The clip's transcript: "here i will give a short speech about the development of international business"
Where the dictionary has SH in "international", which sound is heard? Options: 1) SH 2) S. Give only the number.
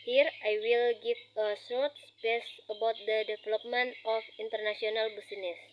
2